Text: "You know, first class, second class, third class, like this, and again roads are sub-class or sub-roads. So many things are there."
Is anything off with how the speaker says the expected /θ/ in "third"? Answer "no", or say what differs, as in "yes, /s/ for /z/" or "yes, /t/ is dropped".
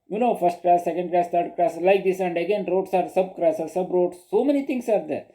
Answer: yes, /t/ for /θ/